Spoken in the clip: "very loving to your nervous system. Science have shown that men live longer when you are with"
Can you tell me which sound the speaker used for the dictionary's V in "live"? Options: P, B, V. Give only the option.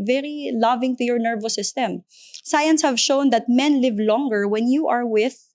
V